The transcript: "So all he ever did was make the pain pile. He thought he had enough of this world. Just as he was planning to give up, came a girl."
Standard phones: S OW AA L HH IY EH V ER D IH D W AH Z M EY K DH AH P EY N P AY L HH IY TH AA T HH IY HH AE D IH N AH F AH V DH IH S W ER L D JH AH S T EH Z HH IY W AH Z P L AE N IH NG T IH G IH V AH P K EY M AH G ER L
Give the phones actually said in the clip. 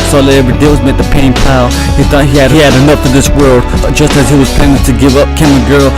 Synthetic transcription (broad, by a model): S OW AA L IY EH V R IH D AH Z M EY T DH AH P EY N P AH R HH IY TH AA T HH IY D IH D IH N AH F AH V DH IH S W ER L D JH AH S T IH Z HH IY W AH Z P EH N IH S T IH G IH V AH P K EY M AH G ER L